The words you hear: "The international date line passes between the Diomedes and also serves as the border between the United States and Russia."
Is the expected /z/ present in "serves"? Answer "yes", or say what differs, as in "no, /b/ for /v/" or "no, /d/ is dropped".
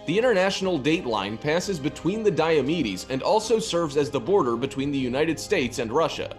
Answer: yes